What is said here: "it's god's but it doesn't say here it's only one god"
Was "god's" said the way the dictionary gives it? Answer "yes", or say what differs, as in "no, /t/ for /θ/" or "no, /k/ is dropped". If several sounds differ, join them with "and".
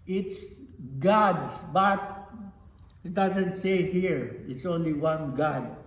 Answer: no, /s/ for /z/